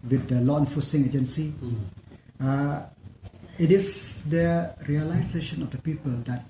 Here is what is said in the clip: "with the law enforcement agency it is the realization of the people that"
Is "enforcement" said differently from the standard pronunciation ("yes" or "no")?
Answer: yes